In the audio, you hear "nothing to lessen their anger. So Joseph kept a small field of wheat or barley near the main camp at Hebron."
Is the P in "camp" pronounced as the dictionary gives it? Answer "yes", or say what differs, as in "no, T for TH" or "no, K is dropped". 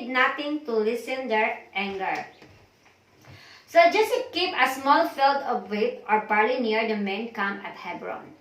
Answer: no, P is dropped